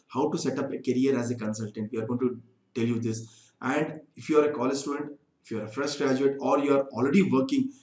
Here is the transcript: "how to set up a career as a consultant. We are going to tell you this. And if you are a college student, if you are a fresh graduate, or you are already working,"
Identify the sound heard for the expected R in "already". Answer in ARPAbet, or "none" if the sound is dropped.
R